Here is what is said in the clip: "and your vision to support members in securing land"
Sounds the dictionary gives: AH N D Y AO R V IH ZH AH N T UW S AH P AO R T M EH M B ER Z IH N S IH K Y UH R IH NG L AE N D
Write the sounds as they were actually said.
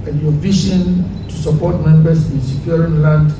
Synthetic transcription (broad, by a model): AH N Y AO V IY SH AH N T UW S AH P AO T M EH M B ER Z IH N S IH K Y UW R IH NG L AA N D